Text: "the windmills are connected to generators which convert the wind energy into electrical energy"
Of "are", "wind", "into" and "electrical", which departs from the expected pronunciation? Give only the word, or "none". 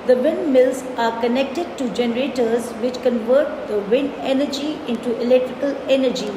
wind